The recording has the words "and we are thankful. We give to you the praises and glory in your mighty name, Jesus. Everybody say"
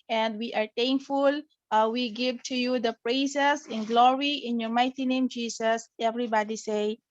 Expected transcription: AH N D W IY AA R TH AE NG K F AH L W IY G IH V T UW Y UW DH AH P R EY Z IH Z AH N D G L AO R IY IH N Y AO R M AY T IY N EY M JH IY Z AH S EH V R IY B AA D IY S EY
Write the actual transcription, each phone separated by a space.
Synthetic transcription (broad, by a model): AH N D W IY AA R T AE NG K F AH L W IY G IH V T UW Y UW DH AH P R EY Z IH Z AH N G L AO R IY IH N Y AO R M AY T IY N EY M JH IY S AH S EH V R IY B AA D IY S EY